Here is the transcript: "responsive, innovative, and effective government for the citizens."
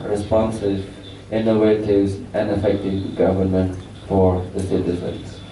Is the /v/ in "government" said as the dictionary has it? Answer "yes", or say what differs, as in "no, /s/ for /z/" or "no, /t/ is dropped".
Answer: yes